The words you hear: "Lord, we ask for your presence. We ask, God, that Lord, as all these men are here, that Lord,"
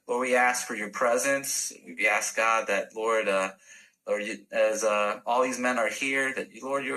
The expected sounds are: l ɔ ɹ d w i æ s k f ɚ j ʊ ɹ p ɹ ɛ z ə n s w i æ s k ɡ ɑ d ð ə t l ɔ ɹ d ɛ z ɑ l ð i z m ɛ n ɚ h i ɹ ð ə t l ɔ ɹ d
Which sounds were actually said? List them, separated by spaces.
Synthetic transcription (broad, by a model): l ɔ ɹ d w i æ s k f ɚ j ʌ ɹ p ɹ ɛ z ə n s w i æ s k ɡ ɑ d ð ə t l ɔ ɹ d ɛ z ɑ l ð i z m ɛ n ɚ h i ɹ ð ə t l ɔ ɹ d